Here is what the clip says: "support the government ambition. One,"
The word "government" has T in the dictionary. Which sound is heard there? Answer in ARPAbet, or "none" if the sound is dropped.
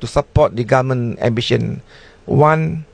none